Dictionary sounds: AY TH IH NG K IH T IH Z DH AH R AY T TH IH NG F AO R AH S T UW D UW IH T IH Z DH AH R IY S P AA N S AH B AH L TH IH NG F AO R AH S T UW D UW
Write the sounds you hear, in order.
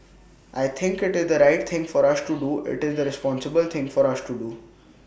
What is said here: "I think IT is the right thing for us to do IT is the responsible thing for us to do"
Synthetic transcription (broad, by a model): AY T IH NG K IH T IH Z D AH R AY T T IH NG F AO R AH S T UW D UW IH T IH Z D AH R IY S P AA N S AH B AH L T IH NG F AO R AH S T UW D UW